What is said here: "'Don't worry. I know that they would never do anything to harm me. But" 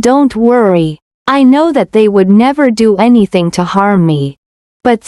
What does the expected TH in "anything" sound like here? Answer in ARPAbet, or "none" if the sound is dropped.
TH